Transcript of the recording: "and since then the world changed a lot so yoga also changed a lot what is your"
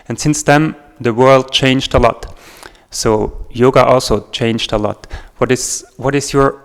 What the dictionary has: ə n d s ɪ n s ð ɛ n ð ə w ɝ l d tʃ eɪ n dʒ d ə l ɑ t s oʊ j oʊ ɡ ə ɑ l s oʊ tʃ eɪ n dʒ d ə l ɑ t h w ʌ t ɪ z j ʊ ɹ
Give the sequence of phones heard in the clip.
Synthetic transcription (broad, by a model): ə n s ɪ n s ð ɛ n ð ə w ɝ l d tʃ eɪ n dʒ d ə l ɑ t s oʊ j oʊ ɡ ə ɑ l s oʊ tʃ eɪ n dʒ d ə l ɑ t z w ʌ t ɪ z j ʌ ɹ